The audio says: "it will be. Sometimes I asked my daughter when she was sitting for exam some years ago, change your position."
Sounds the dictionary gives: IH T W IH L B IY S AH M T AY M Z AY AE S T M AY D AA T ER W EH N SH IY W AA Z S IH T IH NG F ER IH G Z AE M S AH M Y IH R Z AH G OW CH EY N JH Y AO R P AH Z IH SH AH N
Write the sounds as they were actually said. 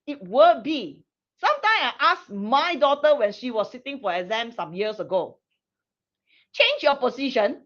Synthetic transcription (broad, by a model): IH T W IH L B IY S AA M T AY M S AY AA S M AY D AA T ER W EH N SH IY W AA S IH T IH NG F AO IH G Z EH M S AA M Y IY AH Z AH G OW CH EY N JH Y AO P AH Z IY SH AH N